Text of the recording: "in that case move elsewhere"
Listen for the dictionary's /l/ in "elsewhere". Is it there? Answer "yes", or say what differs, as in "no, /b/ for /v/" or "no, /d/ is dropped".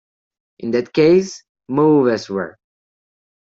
no, /l/ is dropped